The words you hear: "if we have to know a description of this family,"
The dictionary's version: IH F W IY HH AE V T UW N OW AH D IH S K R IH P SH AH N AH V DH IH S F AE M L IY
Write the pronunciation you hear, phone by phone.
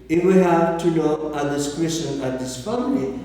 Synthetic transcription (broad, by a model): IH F W IY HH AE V T UW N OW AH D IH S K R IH SH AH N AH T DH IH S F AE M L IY